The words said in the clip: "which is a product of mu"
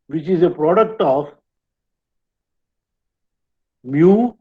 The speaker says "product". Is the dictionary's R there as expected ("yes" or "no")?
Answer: yes